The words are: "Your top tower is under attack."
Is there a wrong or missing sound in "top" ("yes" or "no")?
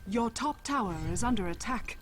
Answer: no